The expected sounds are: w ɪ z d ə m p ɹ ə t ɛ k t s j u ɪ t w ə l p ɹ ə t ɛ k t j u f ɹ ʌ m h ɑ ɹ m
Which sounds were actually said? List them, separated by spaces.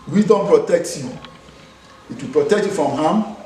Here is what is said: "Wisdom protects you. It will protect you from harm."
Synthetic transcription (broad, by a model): w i d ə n p ɹ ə t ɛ k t j u ɪ t w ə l p ɹ ə t ɛ k t j u f ɹ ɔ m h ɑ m